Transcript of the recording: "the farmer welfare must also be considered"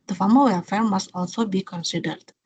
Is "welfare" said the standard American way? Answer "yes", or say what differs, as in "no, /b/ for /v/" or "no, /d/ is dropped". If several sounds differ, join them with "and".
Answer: no, /l/ is dropped